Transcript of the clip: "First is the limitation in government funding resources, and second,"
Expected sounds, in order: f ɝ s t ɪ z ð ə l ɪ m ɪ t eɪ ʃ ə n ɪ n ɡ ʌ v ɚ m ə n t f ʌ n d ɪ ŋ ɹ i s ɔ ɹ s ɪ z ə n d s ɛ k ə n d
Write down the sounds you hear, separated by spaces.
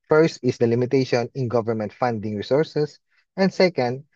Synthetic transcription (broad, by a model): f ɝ s t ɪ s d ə l ɪ m ɪ t eɪ ʃ ə n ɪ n ɡ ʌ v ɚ m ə n t f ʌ n d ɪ ŋ ɹ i s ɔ ɹ s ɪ s ə n d s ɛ k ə n d